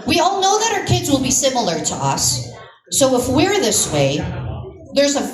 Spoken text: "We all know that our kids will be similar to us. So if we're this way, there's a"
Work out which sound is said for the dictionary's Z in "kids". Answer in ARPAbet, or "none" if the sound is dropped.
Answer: Z